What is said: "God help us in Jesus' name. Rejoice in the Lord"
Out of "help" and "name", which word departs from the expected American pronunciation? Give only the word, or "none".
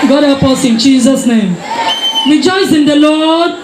help